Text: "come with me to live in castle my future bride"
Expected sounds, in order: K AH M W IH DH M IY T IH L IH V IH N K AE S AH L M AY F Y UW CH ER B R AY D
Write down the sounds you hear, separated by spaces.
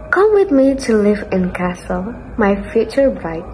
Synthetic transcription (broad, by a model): K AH M W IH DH M IY T IH L IH V IH N K AE S AH L M AY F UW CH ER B R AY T